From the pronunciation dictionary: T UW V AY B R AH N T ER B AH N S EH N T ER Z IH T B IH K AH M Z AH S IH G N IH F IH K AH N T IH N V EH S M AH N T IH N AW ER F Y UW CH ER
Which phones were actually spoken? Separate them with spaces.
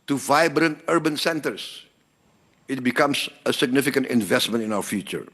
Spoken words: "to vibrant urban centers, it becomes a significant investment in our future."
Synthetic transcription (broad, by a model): T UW V AY B R AH N T ER B AH N S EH N T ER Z IH T B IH K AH M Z AH S IH G N IH F IH K AH N T IH N V EH S M AH N T IH N AW ER F Y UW CH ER